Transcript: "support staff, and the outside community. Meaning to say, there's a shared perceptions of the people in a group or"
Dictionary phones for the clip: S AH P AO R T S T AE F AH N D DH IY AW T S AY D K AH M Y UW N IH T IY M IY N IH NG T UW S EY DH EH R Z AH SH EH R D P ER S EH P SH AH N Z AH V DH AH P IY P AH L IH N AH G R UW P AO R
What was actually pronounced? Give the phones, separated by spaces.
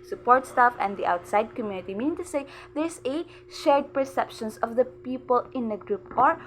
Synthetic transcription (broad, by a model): S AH P AO R T S T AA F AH N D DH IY AW T S AY D K AH M Y UW N IH T IY M IY N IH NG T UW S EY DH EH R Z AH SH EH R D P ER S EH P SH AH N S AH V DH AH P IY P AH L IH N AH G R UW P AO R